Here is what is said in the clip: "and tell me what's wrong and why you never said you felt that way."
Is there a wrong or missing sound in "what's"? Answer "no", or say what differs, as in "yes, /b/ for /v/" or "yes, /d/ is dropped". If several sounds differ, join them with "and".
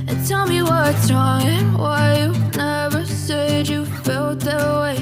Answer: yes, /s/ is dropped